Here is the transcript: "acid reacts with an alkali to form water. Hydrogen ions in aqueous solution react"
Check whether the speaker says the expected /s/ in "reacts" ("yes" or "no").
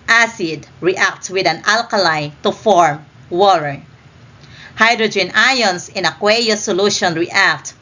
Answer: no